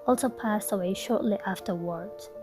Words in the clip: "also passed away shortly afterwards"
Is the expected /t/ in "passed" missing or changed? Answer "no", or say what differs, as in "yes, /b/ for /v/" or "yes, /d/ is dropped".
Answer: no